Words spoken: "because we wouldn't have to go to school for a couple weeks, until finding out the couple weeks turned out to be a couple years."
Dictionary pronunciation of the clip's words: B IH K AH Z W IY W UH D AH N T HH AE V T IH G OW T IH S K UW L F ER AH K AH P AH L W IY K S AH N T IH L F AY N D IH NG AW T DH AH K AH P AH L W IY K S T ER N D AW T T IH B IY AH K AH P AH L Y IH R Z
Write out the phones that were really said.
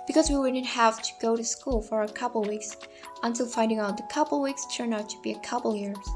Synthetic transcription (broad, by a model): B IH K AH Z W IY W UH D N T HH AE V T IH G OW T IH S K UW L F ER AH K AH P L W IY K S AH N T IH L F AY N D IH NG AW T DH AH K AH P L W IY K S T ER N AW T T IH B IY AH K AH P L Y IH R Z